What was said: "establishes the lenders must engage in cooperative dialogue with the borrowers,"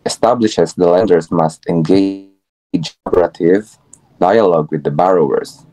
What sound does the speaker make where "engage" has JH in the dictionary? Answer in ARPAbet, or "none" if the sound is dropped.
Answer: none